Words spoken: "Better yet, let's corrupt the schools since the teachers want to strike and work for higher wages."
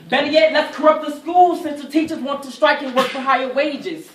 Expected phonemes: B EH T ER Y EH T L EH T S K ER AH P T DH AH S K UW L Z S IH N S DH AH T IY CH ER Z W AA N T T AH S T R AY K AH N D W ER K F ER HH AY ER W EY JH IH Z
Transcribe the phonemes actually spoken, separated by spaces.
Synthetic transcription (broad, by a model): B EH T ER Y EH T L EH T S K ER AH P T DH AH S K UW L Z S IH N S DH AH T IY CH ER Z W AA N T T AH S T R AY K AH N W ER K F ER HH AY ER W EY JH IH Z